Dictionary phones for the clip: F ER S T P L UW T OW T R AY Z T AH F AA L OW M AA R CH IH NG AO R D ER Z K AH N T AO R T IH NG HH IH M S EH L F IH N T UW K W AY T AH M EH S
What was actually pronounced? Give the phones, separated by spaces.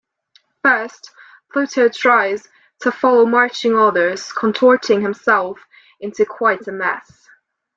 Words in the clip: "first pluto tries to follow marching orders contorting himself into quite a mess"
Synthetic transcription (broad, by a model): F ER S T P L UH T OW T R AY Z T AH F AA L OW M AA R CH IH NG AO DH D ER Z K AH N T AO R T IH NG HH IH M S EH L F IH N T UW K W AY T AH M EH S